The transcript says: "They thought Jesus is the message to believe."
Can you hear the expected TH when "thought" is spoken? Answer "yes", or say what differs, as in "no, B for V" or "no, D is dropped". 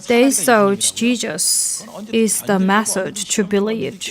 no, S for TH